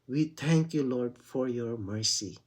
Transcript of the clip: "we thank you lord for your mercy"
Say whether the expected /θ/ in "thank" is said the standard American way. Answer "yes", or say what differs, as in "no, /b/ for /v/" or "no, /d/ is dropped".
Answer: no, /t/ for /θ/